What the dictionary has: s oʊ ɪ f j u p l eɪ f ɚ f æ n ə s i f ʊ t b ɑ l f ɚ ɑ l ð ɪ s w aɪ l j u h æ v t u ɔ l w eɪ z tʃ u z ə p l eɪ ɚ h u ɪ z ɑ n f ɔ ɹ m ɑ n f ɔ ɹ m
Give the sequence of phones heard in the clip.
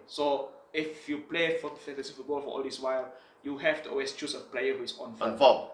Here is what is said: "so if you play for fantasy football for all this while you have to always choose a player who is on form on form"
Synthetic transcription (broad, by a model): s oʊ ɪ f j u p l eɪ f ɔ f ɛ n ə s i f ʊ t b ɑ l f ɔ ɑ l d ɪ s w aɪ l j u h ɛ f t u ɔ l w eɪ s tʃ u s ə p l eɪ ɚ h u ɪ s ɑ n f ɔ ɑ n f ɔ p